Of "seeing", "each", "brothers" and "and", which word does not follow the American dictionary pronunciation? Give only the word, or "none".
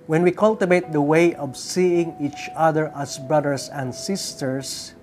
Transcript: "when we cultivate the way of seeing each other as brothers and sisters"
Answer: brothers